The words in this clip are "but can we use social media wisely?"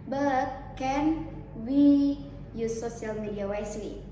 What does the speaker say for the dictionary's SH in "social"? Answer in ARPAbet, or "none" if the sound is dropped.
none